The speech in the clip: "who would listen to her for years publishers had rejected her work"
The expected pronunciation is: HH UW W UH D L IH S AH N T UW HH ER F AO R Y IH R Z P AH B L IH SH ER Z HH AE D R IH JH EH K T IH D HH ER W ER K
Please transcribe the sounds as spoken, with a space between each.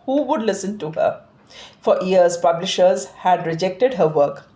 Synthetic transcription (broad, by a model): HH UW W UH D L IH S AH N T UW HH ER F AO R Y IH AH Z P AH B L IH SH ER Z HH AE D R IH JH EH K T IH D HH ER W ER K